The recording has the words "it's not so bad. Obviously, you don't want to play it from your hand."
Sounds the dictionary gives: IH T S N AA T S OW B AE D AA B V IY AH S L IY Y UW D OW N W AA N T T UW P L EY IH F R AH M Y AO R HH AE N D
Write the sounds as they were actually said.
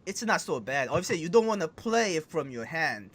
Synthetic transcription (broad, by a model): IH T S N AA T S OW B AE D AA V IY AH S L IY Y UW D OW N W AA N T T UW P L EY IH F R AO M Y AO HH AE N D